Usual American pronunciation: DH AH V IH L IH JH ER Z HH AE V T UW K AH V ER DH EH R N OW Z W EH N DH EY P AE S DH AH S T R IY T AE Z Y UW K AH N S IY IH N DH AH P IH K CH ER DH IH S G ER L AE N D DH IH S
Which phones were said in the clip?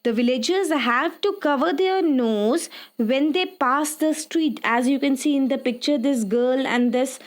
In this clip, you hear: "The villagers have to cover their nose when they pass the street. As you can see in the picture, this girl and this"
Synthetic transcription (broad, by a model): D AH V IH L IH JH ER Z HH AE V T UW K AH V ER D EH R N OW Z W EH N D EY P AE S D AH S T R IY T AE Z Y UW K AH N S IY IH N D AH P IH K CH ER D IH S G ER L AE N D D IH S